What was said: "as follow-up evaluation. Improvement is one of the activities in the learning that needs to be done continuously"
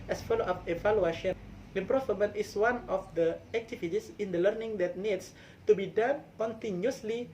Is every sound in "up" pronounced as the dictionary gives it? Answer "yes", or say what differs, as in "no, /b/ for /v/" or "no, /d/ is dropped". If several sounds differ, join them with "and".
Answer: no, /f/ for /p/